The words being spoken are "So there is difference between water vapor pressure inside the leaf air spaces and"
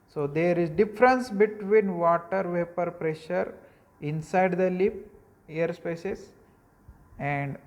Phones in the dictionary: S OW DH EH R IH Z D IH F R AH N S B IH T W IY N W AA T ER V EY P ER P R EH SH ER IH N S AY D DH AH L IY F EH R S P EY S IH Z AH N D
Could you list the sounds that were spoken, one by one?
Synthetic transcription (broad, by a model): S OW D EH R IH Z D IH F R AH N S B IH T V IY N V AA T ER V EY P ER P R EH SH ER IH N S AY D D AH L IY P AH R S P EY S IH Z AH N D